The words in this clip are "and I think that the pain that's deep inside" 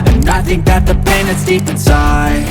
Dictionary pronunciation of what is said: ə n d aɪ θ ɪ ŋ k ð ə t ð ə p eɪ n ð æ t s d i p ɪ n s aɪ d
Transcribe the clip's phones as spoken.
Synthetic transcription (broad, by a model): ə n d aɪ θ ɪ ŋ k ð ə t ð ə p eɪ n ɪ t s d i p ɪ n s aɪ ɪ